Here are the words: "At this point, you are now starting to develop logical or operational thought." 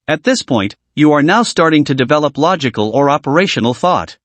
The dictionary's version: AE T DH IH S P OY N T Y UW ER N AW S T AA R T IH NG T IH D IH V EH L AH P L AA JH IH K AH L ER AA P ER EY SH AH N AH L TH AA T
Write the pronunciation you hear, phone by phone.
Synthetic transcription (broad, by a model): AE T DH IH S P OY N T Y UW ER N AW S T AA R T IH NG T IH D IH V EH L AH P L AA JH IH K AH L ER AA P ER EY SH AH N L TH AA T